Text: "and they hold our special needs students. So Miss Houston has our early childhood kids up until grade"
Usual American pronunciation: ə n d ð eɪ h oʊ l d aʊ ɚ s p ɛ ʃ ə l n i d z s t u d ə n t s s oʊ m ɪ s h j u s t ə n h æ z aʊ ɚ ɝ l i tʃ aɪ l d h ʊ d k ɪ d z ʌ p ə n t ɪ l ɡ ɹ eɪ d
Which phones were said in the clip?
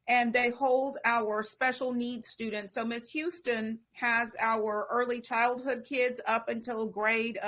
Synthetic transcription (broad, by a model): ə n ð eɪ h oʊ l d aʊ ɚ s p ɛ ʃ l n i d s t u d n t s s oʊ m ɪ s h j u s t ə n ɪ z aʊ ɚ ɝ l i tʃ aɪ l d h ʊ d k ɪ d z ʌ p ə n t ɪ l ɡ ɹ eɪ d